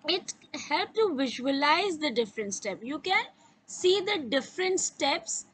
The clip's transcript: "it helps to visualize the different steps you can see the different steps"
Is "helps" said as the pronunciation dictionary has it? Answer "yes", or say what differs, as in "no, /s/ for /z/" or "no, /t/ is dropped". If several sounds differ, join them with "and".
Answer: no, /s/ is dropped